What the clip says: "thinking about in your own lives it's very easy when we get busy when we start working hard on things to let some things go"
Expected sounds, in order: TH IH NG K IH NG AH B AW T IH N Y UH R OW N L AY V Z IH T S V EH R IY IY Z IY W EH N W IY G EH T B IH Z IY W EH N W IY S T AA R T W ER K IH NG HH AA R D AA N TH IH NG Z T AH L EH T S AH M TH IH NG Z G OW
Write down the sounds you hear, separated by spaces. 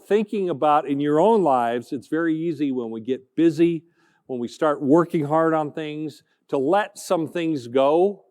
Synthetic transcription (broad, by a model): TH IH NG K IH NG AH B AW T IH N Y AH R OW N L AY V Z IH T S V EH R IY IY Z IY W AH N W IY G EH T B IH Z IY W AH N W IY S T AA R T W ER K IH NG HH AA R D N TH IH NG Z T AH L EH T S AH M TH IH NG Z G OW